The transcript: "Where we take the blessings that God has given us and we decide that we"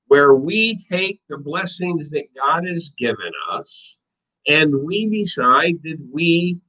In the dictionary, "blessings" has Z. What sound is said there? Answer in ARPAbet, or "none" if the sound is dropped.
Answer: Z